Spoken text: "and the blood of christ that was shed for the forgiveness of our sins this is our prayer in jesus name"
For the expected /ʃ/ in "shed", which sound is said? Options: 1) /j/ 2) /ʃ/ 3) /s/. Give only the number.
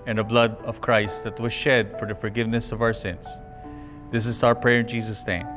2